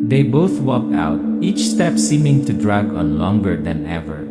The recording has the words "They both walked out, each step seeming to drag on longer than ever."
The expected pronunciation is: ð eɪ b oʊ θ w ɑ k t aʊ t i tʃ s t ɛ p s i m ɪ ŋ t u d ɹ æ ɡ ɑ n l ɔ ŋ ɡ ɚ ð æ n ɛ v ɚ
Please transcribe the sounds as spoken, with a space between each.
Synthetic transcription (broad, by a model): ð eɪ b oʊ θ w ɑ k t aʊ t i tʃ s t ɛ p s i m ɪ ŋ t u d ɹ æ ɡ ɑ n l ɔ ŋ ɡ ɚ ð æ n ɛ v ɚ